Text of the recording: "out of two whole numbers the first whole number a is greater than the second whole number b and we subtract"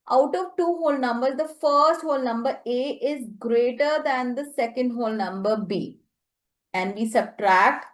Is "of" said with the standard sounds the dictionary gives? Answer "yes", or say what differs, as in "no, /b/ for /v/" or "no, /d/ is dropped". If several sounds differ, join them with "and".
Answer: yes